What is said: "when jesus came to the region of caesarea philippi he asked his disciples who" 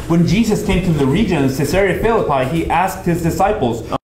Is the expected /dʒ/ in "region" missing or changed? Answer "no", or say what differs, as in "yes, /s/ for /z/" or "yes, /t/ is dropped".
no